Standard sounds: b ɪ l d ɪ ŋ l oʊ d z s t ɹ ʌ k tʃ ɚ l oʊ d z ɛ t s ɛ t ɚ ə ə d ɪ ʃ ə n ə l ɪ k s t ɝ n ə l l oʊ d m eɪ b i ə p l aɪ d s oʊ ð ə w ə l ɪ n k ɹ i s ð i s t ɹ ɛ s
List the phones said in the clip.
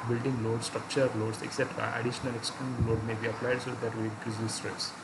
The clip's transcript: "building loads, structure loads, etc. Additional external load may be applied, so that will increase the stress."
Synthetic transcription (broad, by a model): b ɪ l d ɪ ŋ l oʊ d s t ɹ ʌ k tʃ ɚ l oʊ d s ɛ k s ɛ t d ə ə d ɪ ʃ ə n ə l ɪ k s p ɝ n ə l l oʊ d m eɪ b i ə p l aɪ d s oʊ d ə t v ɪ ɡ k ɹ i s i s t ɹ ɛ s